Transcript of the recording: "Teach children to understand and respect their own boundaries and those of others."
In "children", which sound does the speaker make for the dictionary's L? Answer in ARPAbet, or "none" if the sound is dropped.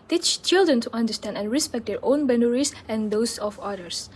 L